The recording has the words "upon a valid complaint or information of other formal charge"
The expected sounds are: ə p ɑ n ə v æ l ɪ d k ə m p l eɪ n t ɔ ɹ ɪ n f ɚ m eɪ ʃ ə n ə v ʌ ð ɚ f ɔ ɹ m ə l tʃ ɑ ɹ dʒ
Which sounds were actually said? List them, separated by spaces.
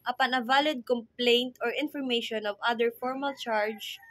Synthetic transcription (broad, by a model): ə p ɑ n ə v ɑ l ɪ d k ə m p l eɪ n t ɔ ɹ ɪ n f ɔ m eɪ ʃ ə n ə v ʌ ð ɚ f ɔ ɹ m ə l tʃ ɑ ɹ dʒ